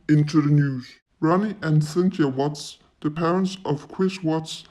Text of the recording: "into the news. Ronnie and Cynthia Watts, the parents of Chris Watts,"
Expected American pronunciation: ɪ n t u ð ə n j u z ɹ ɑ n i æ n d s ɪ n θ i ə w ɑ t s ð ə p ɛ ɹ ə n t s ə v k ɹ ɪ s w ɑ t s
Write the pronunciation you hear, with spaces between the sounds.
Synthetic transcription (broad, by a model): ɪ n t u ð ə n j u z ɹ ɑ n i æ n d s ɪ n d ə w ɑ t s ð ə p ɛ ɹ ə n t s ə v k w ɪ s w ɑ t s